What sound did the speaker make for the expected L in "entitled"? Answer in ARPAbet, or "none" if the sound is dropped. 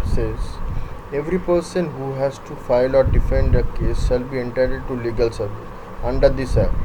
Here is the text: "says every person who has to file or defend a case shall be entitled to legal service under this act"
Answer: none